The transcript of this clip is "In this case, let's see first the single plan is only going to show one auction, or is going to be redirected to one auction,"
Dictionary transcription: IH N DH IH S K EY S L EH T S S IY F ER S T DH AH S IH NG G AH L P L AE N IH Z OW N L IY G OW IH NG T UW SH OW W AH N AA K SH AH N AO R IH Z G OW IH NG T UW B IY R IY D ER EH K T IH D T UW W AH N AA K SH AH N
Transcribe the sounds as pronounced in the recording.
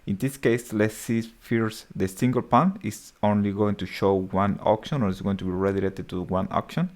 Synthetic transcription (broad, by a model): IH N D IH S K EY S L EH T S S IY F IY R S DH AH S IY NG G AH L P AA N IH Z OW N L IY G OW IH NG T UW SH OW W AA N AA K SH AH N AO R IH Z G OW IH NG T UW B IY R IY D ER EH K T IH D T UW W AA N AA K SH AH N